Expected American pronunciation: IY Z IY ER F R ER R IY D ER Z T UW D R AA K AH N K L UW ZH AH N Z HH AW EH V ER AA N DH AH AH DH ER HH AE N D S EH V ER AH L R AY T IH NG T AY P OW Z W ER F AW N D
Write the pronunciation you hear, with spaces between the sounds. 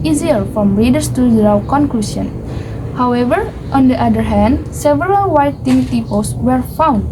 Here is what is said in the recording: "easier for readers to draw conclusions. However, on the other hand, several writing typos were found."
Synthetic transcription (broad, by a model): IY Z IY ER F R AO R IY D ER S T UW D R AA K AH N K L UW S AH N HH AW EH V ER AA N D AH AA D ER HH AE N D S EH V ER AH L W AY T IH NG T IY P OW S W ER F AW N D